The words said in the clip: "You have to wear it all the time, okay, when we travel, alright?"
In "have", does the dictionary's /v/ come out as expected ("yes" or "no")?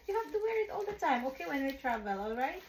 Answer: no